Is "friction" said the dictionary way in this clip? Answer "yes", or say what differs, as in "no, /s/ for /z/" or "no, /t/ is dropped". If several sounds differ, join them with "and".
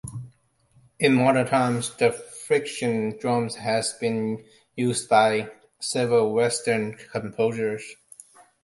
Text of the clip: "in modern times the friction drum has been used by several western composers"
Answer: yes